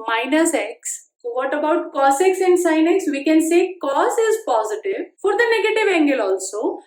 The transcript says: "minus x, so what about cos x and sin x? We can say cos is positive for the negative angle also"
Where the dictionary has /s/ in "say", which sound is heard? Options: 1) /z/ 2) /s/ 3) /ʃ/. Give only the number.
2